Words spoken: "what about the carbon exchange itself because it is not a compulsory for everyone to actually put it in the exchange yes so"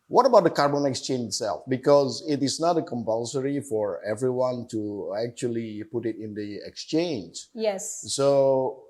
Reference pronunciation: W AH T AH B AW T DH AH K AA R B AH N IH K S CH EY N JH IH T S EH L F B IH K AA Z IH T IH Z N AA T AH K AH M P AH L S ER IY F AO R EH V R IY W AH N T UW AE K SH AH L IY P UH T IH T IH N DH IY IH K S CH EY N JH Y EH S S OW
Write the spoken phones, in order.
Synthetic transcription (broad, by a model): W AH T AH B AW T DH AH K AA R B AH N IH K S CH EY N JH IH T S EH L F B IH K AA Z IH T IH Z N AA T AH K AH M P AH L S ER IY F AO R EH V R IY W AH N T UW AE K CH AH L IY P UH T IH T IH N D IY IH K S CH EY N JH Y EH S S OW